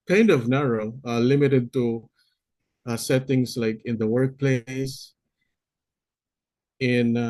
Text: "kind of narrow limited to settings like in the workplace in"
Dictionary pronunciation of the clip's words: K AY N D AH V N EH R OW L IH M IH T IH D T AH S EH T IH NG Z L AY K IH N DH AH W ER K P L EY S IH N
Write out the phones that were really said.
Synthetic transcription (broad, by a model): K AY N D AH V N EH R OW L IH M IH T IH D T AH S EH T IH NG S L AY K IH N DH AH W ER K P L EY S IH N